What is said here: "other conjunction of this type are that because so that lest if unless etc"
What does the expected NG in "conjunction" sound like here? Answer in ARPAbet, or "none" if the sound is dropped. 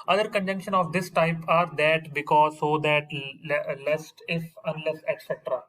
NG